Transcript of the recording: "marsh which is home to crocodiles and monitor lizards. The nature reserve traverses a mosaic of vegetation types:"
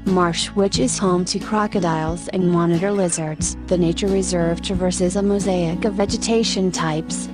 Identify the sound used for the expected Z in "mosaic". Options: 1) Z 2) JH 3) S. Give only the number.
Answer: 1